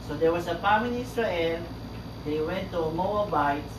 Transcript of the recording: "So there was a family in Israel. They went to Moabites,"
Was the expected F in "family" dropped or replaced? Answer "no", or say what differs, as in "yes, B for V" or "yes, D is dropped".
yes, P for F